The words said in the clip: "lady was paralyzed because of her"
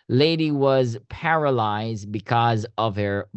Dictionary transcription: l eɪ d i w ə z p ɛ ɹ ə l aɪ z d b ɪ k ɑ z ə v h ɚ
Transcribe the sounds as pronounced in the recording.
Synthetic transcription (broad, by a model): l eɪ d i w ə z p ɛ ɹ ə l aɪ z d b ɪ k ɑ z ə v h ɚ